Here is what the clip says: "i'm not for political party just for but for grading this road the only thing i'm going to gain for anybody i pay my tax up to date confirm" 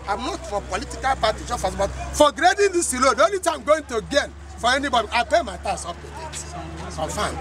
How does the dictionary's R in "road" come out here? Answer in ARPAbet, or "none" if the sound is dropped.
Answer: L